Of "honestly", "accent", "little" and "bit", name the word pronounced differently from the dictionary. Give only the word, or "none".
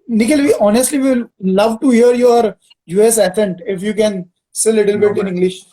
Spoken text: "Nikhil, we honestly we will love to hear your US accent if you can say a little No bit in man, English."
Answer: accent